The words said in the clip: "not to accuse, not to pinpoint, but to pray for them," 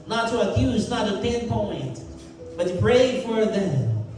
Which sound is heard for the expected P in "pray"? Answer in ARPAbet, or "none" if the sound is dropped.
P